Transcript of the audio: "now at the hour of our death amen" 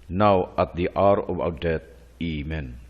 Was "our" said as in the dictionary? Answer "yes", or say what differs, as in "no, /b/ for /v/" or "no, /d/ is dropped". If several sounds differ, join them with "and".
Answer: no, /w/ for /ɹ/